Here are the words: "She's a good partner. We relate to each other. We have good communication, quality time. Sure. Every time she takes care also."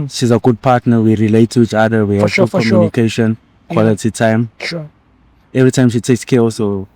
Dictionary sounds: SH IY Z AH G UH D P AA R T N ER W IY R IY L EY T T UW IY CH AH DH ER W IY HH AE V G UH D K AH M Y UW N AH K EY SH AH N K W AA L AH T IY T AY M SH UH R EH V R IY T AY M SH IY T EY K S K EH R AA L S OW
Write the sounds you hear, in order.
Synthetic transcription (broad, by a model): SH IY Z AH G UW D P AA T N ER W IY R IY L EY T T UW IY CH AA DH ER W IY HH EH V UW K AH M Y UW N AH K EY SH AH N K W AA L AH T IY T AY M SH EH V R IY T AY M SH IY T EY K S K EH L S OW